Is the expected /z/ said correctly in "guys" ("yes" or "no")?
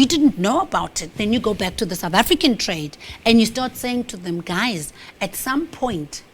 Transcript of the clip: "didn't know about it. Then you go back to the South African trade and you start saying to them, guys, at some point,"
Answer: yes